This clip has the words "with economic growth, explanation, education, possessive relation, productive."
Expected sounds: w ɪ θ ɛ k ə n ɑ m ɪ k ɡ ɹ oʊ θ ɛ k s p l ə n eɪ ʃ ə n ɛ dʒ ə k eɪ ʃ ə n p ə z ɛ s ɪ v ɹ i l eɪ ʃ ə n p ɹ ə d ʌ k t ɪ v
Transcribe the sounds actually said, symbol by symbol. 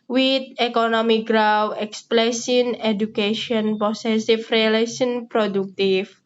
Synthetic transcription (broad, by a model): w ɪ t ɛ k ə n ɑ m ɪ k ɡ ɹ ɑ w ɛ k s p l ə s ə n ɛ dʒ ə k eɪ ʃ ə n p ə s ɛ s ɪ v ɹ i l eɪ s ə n p ɹ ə d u k t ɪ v